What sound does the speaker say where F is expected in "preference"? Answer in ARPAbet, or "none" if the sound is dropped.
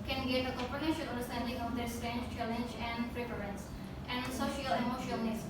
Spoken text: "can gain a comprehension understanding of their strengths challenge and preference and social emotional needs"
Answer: P